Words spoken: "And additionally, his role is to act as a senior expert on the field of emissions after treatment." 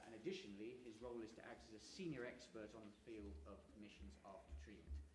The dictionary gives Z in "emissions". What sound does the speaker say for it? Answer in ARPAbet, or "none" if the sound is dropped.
Z